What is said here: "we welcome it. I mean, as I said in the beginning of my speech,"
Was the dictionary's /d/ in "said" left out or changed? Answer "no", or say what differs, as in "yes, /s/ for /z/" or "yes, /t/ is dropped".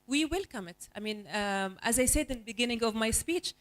no